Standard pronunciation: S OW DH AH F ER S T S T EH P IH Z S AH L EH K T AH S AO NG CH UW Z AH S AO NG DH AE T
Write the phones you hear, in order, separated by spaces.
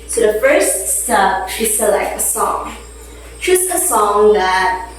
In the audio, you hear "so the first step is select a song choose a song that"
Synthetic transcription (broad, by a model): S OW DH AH F ER S T S T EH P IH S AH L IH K AH S AO NG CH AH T AH S AO NG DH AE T